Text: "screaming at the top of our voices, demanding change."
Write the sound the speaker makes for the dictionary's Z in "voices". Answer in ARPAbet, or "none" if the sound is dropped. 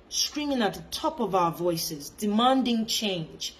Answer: Z